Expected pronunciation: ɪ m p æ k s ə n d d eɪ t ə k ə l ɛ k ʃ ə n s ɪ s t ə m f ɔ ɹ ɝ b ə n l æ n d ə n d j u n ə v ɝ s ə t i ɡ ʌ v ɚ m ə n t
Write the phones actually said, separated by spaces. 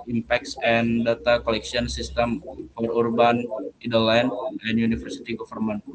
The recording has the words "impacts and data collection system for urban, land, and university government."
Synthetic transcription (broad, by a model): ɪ m p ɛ k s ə n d d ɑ t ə k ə l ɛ k s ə n s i s t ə m f ɔ ɹ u b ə n l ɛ n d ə n j u n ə f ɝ s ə t i ɡ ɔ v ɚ m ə n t